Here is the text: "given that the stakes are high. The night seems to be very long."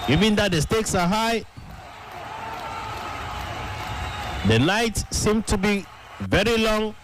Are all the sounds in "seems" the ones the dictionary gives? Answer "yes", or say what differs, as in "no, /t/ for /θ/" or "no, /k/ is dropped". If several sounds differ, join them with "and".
no, /z/ is dropped